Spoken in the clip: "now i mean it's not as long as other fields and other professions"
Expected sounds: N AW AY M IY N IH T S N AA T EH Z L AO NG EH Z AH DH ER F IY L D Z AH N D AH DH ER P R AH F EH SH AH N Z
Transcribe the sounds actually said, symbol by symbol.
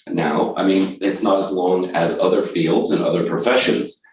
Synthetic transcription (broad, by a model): N AW AY M IY N IH T S N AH T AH Z L AO NG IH Z AH DH ER F IY L D Z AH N AH DH ER P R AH F EH SH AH N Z